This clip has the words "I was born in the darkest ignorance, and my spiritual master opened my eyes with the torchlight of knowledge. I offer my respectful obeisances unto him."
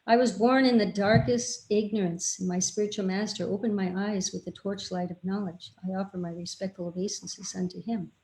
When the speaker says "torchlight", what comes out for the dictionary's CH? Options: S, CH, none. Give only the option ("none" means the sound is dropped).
CH